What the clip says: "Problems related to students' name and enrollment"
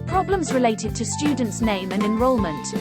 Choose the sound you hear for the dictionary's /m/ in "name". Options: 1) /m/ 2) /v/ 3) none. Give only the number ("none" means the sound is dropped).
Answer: 1